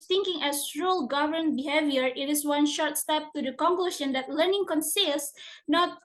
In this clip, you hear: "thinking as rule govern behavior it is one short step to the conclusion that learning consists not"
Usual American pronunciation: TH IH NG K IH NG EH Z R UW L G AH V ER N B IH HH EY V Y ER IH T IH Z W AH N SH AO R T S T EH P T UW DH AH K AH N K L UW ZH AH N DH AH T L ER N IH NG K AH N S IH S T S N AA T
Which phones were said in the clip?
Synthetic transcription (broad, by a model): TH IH NG K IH NG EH S R UW L G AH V ER N B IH HH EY V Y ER IH T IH S W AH N SH AO R T S T EH P T UW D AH K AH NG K L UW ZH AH N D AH T L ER N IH NG K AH N S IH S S N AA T